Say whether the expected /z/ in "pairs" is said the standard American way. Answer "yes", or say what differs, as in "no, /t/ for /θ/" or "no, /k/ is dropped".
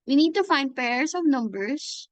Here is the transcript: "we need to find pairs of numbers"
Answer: no, /s/ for /z/